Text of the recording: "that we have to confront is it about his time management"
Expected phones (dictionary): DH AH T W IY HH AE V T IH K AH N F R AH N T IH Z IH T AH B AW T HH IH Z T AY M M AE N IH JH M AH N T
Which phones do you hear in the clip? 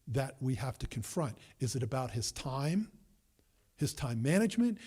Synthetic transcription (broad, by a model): DH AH T W IY HH AE F T IH K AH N F R AH N T IH Z IH T AH B AW T HH IH Z T AY M M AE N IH JH M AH N T